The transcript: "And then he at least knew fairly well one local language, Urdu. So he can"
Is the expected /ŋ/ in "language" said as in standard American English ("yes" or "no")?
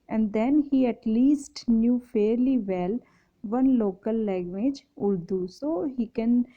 no